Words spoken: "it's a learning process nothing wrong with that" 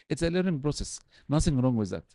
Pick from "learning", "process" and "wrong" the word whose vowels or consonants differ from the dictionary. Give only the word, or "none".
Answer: learning